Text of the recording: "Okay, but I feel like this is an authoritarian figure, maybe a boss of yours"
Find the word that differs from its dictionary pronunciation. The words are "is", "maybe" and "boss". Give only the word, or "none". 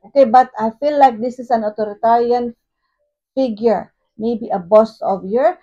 is